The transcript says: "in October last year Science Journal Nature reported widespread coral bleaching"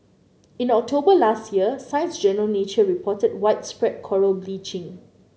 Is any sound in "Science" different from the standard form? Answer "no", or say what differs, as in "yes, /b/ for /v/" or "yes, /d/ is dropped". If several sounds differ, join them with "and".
no